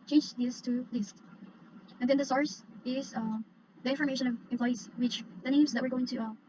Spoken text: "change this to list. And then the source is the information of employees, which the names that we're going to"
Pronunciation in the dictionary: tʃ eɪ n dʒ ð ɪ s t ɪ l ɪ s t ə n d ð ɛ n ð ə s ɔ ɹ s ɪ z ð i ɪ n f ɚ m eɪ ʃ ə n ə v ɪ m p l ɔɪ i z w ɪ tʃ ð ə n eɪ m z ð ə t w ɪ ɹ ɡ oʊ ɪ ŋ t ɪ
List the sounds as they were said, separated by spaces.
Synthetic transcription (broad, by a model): tʃ eɪ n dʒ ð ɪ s t ɪ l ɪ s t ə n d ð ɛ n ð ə s ɔ ɹ s ɪ z ð i ɪ n f ɚ m eɪ ʃ ə n ə v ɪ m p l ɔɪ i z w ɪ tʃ ð ə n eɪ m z ð ə t w ɪ ɹ ɡ oʊ ɪ ŋ t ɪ